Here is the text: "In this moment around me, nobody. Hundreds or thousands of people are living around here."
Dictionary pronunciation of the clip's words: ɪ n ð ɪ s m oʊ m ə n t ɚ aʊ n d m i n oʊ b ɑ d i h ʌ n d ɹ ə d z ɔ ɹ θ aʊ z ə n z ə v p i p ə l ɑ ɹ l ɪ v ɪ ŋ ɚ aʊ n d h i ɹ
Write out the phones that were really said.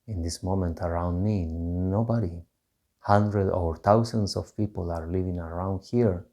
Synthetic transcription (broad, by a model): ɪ n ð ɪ s m oʊ m ə n t ɚ aʊ n d m i n oʊ b ɑ d i h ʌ n d ɹ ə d ɔ ɹ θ aʊ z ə n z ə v p i p ə l ɑ ɹ l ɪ v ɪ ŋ ɚ aʊ n d h i ɹ